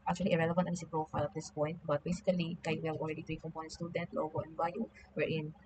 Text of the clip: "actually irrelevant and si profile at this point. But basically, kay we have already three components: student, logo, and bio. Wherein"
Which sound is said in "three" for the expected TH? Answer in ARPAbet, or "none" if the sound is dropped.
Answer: T